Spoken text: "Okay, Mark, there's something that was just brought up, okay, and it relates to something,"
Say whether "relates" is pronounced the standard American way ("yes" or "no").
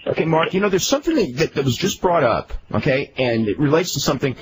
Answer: yes